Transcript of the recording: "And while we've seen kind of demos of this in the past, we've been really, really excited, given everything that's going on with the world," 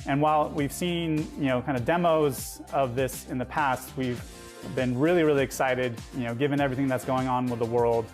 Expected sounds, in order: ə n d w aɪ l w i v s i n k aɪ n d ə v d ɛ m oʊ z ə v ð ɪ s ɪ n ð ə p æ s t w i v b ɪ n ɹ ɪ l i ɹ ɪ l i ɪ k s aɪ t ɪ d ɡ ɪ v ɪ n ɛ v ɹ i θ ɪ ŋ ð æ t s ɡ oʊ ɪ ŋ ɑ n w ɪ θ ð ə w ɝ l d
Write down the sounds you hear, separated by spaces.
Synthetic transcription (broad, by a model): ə n w aɪ l w i v s i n k aɪ n d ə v d ɛ m oʊ z ə v ð ɪ s ɪ n ð ə p æ s t w i v b ɪ n ɹ ɪ l i ɹ ɪ l i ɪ k s aɪ t ɪ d ɡ ɪ v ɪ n ɛ v ɹ i θ ɪ ŋ ð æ t s ɡ oʊ ɪ ŋ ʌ n w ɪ ð ə w ɝ l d